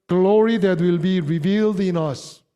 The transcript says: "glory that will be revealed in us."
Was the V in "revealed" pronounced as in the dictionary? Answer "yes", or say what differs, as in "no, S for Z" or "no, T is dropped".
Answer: yes